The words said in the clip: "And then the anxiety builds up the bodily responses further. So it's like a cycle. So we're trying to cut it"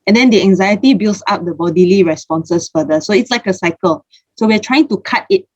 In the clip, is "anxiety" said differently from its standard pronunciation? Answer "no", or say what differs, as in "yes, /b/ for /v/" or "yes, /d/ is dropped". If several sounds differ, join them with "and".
no